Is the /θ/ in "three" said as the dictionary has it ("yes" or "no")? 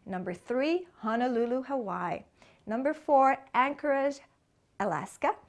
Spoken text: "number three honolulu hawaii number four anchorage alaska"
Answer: yes